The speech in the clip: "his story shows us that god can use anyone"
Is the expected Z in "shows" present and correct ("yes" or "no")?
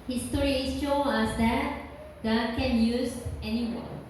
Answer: no